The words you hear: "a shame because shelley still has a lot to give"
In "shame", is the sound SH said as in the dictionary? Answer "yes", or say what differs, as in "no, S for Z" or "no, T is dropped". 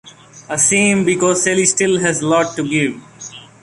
no, S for SH